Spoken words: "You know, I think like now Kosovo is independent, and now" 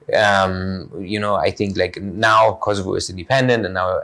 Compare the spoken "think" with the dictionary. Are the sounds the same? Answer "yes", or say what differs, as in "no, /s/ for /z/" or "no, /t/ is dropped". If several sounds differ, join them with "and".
yes